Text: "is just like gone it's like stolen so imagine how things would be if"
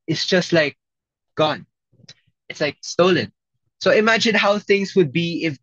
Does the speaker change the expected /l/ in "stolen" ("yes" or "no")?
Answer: no